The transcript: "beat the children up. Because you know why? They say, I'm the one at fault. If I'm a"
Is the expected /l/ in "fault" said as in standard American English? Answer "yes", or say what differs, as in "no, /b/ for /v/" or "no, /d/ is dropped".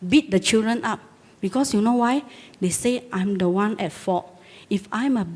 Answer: no, /l/ is dropped